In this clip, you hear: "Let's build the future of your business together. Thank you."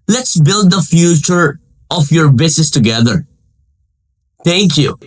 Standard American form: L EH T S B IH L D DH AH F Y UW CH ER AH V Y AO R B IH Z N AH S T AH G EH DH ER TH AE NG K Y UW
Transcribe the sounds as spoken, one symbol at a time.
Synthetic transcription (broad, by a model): L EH T S B IH L D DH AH F Y UW CH ER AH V Y AO R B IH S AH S T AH G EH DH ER T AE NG K Y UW